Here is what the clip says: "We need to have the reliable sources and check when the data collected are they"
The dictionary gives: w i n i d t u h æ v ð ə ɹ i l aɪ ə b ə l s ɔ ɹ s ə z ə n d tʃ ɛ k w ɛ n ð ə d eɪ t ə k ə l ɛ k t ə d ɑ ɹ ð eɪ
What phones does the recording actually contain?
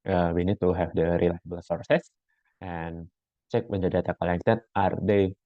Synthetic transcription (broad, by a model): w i n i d t u h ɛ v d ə ɹ i l aɪ ə b ə l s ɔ ɹ s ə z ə n tʃ ɛ k w ɛ n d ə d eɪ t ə k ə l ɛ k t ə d ɑ ɹ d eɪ